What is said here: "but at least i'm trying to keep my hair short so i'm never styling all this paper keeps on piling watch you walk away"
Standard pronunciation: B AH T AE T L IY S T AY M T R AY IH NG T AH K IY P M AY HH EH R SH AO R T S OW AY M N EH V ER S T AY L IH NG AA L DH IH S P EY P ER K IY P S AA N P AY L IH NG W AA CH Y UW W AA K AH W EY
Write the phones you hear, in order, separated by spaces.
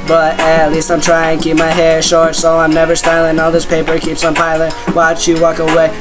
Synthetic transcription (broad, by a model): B AH T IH T L IY S T AY M T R AY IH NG K IY P M AY HH EH R SH AO R T S OW AY M N EH V ER S T AY L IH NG AA L DH IH S P EY P ER K IY P S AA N P AY L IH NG W AA CH Y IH W AA K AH W EY